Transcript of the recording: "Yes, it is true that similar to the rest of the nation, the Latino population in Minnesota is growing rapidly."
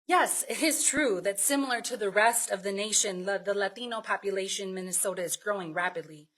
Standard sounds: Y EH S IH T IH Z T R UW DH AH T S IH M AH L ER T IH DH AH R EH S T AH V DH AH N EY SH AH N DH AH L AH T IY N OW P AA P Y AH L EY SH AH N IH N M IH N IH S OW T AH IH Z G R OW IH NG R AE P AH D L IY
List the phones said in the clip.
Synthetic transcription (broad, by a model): Y EH S IH T IH Z T R UW DH AH T S IH M L ER T IH DH AH R EH S T AH V DH AH N EY SH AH N DH AH L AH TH IY N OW P AA P Y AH L EY AH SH IH N M IH N IH S OW T AH IH Z G R OW IH NG R AE P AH D L IY